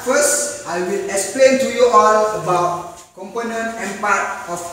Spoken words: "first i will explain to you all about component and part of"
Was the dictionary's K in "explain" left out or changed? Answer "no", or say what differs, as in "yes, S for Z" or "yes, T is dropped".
no